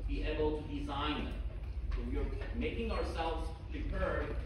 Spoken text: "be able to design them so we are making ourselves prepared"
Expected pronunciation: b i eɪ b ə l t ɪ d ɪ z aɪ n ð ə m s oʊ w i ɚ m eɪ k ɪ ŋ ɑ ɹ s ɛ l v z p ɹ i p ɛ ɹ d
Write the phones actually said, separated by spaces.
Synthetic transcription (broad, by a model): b i eɪ b ə l t ɪ d ɪ z aɪ n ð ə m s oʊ w i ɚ m eɪ k ɪ ŋ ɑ ɹ s ɛ l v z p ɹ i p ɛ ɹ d